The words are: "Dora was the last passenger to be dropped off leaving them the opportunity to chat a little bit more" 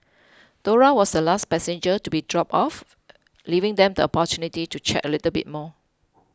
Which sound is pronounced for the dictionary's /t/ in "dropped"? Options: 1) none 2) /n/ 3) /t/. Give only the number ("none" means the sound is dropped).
1